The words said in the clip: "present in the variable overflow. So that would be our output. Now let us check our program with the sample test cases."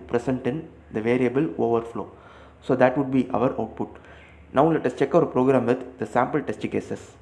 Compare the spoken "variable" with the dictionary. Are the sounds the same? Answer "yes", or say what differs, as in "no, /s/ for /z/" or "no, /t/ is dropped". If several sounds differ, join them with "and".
yes